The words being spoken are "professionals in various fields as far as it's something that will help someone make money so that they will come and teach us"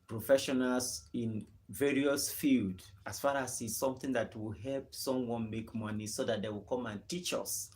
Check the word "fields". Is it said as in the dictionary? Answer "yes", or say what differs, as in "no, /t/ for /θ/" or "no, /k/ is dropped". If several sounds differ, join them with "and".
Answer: no, /z/ is dropped